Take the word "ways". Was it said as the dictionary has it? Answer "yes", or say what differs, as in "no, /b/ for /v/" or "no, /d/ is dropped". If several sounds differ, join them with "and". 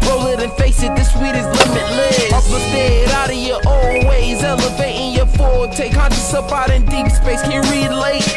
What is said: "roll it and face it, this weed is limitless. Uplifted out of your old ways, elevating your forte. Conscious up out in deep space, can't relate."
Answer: yes